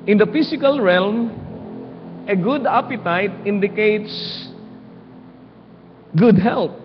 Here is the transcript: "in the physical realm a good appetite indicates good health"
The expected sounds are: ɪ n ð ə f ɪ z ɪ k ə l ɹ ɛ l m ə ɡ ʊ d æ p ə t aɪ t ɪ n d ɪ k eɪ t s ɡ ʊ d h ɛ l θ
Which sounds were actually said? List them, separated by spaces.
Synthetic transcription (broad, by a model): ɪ n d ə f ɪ s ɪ k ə l ɹ ɛ l m ə ɡ ʊ d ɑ p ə t aɪ t ɪ n d ɪ k eɪ t s ɡ ʊ d h ɛ l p